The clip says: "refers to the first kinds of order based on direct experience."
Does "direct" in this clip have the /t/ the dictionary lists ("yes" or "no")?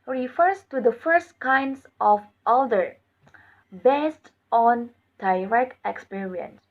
no